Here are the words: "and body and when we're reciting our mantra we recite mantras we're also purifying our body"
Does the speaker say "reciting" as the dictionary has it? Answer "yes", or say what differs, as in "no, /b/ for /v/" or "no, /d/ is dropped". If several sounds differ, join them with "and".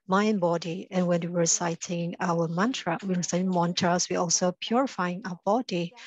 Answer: no, /w/ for /ɹ/